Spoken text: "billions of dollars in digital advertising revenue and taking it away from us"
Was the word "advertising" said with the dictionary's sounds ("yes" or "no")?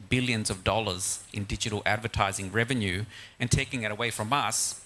yes